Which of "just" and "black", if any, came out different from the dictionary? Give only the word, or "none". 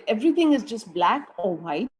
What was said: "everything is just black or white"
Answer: none